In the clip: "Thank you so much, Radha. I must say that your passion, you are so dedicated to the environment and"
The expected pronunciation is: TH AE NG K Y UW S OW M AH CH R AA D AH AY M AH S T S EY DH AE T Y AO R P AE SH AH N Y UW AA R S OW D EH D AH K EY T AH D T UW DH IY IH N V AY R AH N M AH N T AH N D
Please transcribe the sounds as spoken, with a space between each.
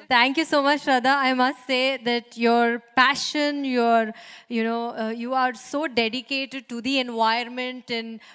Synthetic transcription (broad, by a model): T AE NG K Y UW S OW M AH CH R AA D AH AY M AH S T S EY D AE T Y AO R P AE SH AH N Y UW AA R S OW D EH D AH K EY T AH D T UW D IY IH N V AY AH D M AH N T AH N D